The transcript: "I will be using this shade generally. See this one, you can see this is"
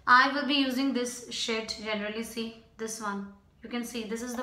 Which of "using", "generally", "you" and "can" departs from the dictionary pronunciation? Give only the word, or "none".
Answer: none